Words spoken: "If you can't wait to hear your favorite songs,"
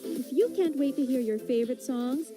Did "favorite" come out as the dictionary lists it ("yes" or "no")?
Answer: yes